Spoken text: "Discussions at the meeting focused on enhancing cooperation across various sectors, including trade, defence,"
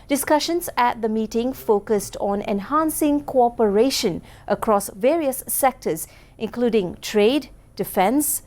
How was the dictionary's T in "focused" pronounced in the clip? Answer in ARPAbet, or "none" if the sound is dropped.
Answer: T